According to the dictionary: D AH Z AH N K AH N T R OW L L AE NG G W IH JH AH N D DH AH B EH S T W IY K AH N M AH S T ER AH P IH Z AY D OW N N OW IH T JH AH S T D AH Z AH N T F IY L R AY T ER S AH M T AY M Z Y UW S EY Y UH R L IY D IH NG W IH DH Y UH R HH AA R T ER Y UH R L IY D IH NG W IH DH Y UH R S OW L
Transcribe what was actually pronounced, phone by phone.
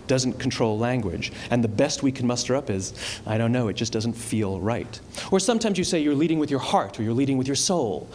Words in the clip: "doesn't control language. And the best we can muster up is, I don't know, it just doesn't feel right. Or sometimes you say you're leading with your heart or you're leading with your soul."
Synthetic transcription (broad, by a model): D AH Z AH N K N T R OW L L AE NG G W IH JH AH N DH AH B EH S T W IY K N M AH S T ER AH P IH Z AY D OW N N OW IH T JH AH S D AH Z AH N T F IY L R AY T ER S AH M T AY M Z Y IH S EY Y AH R L IY D IH NG W IH DH Y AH R HH AA R T ER Y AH R L IY D IH NG W IH DH Y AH R S OW L